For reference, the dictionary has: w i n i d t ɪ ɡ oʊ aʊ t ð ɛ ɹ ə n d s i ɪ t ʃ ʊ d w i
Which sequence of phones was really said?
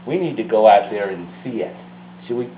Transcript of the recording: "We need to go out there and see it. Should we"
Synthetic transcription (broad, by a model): w i n i d t ɪ ɡ oʊ aʊ t ð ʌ ɹ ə n s i ɪ t s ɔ w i